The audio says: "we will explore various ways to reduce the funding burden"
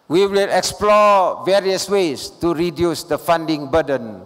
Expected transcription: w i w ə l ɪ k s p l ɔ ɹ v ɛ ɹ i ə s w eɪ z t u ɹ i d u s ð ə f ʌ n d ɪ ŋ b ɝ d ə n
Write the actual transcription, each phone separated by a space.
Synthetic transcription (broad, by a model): w i w ə l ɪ k s p l ɔ v ɛ ɹ i ə s w eɪ s t u ɹ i d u s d ə f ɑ n d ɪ ŋ b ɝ d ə n